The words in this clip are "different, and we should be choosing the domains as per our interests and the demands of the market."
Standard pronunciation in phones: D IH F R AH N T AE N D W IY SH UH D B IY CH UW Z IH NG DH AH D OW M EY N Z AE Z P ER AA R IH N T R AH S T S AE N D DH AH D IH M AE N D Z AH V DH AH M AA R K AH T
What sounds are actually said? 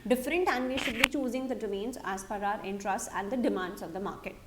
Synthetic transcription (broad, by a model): D IH F R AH N T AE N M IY SH UH D B IY CH UW Z IH NG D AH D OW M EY N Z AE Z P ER AA R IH N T R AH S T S AE N D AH D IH M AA N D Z AH V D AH M AA R K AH T